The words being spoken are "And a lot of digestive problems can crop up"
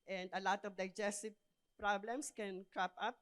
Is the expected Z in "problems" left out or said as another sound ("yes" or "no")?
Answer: yes